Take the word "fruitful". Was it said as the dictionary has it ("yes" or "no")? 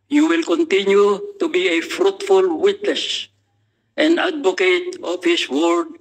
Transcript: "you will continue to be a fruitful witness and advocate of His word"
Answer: yes